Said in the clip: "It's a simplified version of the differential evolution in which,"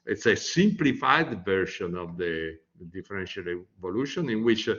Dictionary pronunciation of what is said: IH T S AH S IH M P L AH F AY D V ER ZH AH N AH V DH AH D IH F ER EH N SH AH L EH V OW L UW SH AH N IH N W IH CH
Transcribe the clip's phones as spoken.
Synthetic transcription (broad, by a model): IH T S AH S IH M P L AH F AY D V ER SH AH N AH V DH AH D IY F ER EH N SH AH L EH V OW L UW SH AH N IH N W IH CH